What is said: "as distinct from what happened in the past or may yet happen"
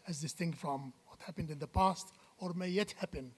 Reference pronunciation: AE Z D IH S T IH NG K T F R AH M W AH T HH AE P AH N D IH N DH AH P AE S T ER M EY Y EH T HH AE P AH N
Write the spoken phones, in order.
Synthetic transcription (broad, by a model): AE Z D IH S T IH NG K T F R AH M W AH T HH AE P AH N D IH N DH AH P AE S T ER M EY Y EH T HH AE P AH N